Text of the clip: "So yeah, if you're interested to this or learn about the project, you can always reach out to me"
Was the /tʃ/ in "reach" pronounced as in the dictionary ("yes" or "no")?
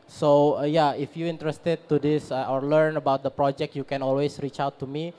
yes